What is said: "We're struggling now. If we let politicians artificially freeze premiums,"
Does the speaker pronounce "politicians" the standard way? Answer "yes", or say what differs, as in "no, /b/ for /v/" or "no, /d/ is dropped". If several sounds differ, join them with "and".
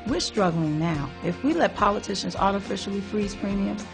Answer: yes